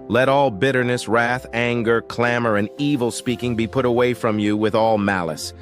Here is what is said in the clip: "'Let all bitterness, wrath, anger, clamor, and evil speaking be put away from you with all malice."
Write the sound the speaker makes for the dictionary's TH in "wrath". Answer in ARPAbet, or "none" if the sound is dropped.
TH